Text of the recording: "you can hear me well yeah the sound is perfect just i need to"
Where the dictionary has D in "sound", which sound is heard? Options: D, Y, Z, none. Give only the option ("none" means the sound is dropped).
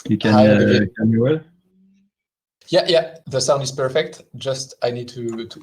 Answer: D